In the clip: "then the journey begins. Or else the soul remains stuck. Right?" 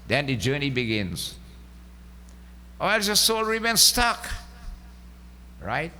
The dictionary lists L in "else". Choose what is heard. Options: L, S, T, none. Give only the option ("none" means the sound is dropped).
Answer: none